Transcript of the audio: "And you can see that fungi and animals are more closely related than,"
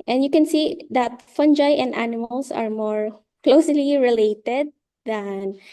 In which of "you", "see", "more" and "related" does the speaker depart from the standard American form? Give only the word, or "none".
none